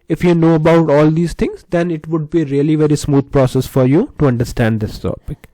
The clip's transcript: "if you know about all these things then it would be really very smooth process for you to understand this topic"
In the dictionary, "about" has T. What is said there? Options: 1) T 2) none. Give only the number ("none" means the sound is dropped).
1